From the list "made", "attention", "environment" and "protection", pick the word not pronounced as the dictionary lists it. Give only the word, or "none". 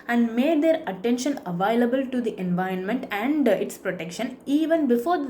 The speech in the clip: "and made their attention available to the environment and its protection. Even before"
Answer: none